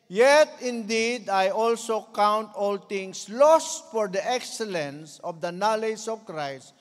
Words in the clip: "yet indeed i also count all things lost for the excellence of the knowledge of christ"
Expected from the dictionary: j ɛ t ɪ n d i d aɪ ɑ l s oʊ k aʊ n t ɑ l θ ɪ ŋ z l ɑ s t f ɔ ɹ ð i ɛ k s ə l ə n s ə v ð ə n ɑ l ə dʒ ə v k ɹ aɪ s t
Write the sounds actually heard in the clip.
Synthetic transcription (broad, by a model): j ɛ t ɪ n d i d aɪ ɑ l s oʊ k aʊ n t ɑ l t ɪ ŋ s l ɑ s t f ɔ ɹ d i ɛ k s ə l ə n s ə v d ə n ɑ l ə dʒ ə v k ɹ aɪ s t